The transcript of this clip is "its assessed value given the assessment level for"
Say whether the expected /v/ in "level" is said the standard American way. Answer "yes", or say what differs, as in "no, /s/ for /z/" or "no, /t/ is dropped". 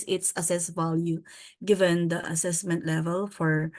yes